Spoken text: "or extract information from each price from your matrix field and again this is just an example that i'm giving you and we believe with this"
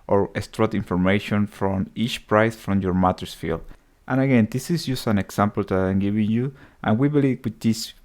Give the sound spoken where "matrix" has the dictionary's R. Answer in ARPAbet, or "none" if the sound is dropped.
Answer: none